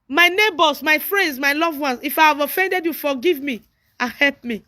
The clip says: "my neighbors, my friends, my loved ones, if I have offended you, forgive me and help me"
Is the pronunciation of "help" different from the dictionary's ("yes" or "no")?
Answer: no